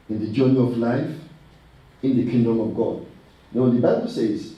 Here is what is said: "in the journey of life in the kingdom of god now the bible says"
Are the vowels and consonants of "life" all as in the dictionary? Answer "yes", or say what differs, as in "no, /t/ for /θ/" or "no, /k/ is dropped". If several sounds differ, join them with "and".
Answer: yes